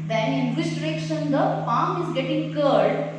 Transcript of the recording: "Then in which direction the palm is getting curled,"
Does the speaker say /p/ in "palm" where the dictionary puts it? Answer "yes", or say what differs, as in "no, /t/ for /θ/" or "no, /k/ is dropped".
no, /f/ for /p/